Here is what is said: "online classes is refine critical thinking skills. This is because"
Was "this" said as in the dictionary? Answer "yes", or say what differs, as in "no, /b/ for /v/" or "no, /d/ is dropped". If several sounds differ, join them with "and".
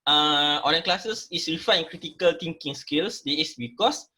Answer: no, /s/ is dropped